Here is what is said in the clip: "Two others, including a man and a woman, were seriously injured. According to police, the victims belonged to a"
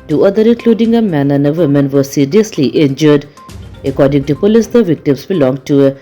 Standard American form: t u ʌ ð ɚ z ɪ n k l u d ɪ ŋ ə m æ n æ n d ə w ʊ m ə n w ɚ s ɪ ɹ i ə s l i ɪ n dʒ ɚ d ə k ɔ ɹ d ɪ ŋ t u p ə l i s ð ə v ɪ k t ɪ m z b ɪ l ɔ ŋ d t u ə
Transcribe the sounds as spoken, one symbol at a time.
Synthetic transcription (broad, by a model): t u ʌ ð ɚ ɪ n k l u d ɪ ŋ ə m æ n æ n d ə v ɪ m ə n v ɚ s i ɹ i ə s l i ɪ n dʒ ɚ d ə k ɔ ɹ d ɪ ŋ t u p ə l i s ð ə v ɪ k t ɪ m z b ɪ l ɔ ŋ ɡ t u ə